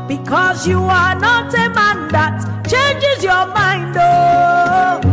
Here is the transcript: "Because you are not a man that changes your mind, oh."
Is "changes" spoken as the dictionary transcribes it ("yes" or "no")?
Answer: yes